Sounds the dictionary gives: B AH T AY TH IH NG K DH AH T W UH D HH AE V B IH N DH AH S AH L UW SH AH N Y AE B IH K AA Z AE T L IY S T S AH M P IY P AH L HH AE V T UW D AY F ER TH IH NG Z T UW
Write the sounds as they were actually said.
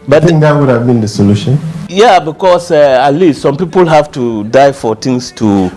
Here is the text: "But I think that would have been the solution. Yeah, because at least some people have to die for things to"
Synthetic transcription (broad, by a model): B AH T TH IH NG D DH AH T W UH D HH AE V B IH N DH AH S AH L UW SH AH N Y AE B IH K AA S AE T L IY S T S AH M P IY P AH L HH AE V T UW D AY F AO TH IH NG S T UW